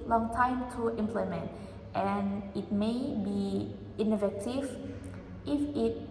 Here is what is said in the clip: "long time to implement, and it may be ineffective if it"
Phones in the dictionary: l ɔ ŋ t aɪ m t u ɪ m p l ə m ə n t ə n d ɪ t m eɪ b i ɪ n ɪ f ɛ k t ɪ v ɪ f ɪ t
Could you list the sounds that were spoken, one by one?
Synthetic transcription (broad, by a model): l ɔ ŋ t aɪ m t u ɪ m p l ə m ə n t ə n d ɪ t m eɪ b i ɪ n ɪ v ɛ t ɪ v ɪ f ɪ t